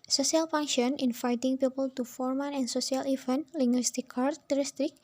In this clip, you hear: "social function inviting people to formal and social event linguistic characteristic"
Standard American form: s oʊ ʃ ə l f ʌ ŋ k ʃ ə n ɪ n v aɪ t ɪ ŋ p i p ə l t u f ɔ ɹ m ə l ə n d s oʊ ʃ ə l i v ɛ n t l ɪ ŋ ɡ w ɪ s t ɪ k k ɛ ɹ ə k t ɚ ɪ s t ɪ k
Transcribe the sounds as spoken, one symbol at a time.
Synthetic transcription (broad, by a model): s oʊ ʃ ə l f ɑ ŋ ʃ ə n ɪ n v aɪ t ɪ ŋ p i p ə l t u f ɔ ɹ m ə n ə n s oʊ s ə l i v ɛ n l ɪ ŋ ɡ w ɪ s t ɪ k k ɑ ɹ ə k t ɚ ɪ s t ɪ k